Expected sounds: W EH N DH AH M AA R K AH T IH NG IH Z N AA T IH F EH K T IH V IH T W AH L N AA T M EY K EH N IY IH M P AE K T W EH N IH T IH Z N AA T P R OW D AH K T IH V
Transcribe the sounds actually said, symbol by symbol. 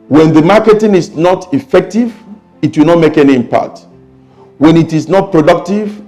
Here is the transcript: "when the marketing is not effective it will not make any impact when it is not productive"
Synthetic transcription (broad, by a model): W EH N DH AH M AA K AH T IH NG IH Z N AA T IH F EH K T IH V IH T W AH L N AA T M EY K EH N IY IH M P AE T W EH N IH T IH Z N AA T P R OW D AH K T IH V